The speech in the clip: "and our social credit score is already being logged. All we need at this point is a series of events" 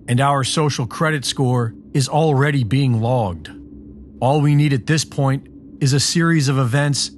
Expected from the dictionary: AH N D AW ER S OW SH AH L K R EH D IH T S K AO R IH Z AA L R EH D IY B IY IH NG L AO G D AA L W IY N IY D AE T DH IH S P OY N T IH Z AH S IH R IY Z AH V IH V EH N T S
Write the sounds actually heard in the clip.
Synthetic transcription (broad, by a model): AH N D AW ER S OW SH L K R EH D IH T S K AO R IH Z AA L R EH D IY B IY IH NG L AO G D AA L W IY N IY D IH T DH IH S P OY N T IH Z AH S IH R IY Z AH V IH V EH N T S